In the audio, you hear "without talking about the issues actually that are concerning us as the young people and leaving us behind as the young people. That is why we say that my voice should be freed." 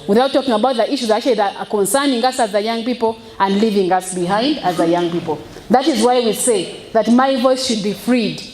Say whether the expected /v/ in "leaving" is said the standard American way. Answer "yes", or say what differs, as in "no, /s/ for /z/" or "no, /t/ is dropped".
yes